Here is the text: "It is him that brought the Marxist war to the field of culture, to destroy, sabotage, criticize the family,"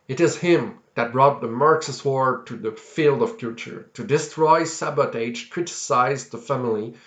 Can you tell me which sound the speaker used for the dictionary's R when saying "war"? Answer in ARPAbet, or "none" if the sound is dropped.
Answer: R